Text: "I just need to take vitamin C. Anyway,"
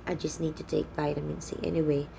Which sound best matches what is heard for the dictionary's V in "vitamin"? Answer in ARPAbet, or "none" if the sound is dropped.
B